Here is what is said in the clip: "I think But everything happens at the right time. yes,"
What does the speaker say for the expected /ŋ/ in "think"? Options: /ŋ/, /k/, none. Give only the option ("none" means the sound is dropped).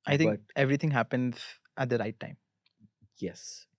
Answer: none